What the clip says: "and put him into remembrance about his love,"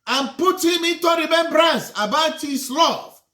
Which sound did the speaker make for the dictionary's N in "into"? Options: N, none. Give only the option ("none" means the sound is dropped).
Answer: N